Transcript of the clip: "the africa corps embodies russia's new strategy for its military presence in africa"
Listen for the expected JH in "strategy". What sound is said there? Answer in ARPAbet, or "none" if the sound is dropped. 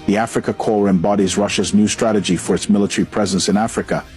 JH